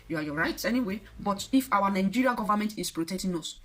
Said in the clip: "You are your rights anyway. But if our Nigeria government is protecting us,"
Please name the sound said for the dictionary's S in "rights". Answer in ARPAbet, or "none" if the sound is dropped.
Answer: none